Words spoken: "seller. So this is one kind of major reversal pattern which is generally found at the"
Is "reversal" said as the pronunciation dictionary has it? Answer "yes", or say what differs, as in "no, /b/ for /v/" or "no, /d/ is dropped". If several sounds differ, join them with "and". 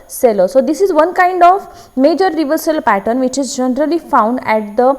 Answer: yes